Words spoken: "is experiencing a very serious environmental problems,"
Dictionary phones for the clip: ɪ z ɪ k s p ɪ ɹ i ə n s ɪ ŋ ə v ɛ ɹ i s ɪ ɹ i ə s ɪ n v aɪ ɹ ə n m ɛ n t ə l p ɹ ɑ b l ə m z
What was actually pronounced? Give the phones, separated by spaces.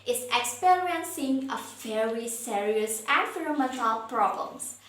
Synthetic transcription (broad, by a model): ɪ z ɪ k s p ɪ ɹ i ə n s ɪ ŋ ə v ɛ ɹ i s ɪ ɹ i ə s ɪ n f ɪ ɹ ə m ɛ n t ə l p ɹ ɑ b l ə m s